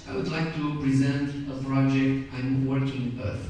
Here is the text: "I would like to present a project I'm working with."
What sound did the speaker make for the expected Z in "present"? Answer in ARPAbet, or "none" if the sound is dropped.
Z